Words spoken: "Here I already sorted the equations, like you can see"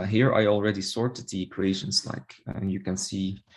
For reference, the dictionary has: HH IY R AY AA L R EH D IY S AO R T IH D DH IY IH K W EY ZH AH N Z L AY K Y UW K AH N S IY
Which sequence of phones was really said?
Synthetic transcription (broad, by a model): HH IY R AY AA L R EH D IY S AO R T IH D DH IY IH K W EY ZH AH N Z L AY K Y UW K AH N S IY